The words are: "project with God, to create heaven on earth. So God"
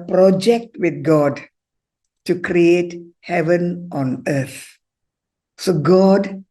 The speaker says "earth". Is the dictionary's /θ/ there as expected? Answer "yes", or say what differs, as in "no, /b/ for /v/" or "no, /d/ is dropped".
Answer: no, /t/ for /θ/